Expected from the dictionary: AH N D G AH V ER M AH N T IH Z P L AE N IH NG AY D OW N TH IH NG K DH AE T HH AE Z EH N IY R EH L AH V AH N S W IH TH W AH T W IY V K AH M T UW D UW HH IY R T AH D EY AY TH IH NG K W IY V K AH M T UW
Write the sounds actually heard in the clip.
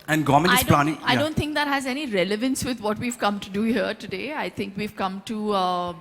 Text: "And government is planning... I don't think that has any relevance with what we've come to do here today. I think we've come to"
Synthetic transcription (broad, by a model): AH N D G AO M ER AH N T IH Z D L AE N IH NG AY D OW N T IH NG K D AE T HH AE Z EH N IY R EH L AH V AH N S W IH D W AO T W IY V K AH M T UW D UW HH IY R T AH D EY AY T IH NG K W IY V K AH M T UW